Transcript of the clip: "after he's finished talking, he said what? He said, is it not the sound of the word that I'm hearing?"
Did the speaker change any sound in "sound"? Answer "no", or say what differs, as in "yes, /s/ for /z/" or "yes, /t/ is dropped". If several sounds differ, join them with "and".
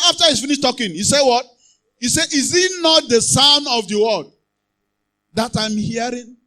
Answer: yes, /d/ is dropped